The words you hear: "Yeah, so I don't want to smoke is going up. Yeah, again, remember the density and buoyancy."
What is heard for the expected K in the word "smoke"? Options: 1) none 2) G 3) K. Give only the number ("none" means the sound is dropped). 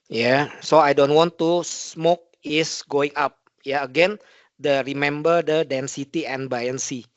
3